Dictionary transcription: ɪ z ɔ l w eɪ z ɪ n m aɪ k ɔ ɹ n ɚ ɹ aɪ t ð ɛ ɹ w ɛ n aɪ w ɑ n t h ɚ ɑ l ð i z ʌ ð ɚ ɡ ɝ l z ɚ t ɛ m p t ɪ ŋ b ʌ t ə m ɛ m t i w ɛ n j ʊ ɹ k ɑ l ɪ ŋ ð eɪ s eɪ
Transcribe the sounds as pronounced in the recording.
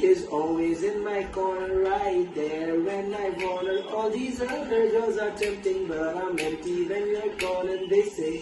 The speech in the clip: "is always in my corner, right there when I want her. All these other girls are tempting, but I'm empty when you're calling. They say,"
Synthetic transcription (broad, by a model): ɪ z ɔ l w eɪ z ɪ n m aɪ k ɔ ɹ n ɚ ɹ aɪ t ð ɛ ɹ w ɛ n aɪ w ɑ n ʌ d ɑ l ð i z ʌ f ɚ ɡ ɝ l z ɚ t ɛ m p t ɪ ŋ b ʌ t ə m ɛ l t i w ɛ n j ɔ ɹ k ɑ n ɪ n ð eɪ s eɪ